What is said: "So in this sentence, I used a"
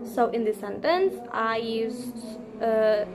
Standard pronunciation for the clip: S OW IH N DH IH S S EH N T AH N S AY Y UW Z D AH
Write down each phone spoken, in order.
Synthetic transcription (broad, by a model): S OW IH N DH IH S S EH N T AH N S AY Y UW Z AH